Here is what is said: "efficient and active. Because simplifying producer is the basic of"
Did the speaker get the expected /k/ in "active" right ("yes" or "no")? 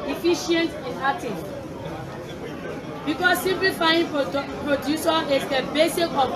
no